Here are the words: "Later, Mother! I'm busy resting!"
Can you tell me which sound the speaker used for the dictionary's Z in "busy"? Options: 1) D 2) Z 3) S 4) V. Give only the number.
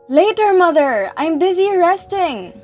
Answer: 2